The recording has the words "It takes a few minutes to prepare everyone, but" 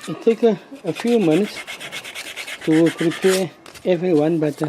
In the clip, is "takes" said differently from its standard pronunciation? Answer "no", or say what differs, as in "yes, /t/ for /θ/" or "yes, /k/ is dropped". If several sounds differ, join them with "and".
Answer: yes, /s/ is dropped